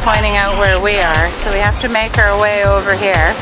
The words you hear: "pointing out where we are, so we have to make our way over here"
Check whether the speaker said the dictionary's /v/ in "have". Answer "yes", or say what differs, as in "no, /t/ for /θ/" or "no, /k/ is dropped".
no, /f/ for /v/